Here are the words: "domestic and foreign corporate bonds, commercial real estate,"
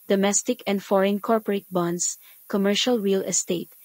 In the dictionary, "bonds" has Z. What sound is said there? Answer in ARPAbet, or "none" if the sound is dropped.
S